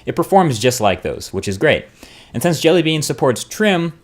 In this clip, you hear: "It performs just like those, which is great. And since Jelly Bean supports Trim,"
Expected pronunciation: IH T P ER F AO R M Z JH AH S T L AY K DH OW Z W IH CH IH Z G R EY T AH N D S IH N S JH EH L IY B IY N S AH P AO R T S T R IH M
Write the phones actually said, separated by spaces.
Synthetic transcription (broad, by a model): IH T P ER F AO R M Z JH AH S T L AY K DH OW Z W IH CH IH Z G R EY T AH N S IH N S JH EH L IY B IY N S AH P AO R T S T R IH M